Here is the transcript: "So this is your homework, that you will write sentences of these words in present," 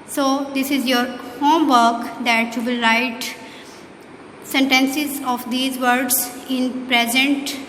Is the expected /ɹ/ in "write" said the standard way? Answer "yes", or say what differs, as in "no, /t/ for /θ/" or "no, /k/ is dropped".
yes